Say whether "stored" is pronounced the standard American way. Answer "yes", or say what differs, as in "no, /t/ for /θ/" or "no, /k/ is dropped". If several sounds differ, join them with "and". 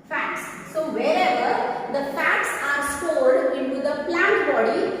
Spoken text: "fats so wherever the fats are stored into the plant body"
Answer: no, /l/ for /ɹ/